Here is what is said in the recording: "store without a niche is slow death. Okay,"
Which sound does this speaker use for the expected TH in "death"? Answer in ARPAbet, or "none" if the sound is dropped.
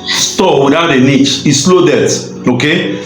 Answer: T